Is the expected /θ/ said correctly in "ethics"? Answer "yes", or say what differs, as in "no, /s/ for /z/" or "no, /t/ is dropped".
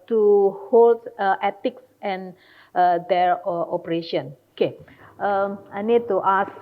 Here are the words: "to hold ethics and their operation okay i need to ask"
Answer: no, /t/ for /θ/